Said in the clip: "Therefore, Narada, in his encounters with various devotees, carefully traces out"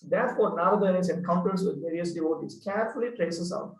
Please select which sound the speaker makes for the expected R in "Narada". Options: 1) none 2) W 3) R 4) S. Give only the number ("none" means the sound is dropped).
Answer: 1